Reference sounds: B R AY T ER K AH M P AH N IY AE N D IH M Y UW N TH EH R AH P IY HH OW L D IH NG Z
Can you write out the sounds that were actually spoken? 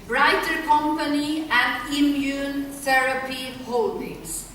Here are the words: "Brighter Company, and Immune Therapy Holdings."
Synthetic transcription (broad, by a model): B R AY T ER K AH M P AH N IY AE N D IH M Y UW N S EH R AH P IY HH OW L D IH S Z